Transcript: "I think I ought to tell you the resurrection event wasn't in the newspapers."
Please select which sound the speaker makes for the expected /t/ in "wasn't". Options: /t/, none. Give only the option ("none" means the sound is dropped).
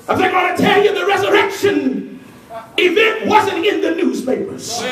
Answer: /t/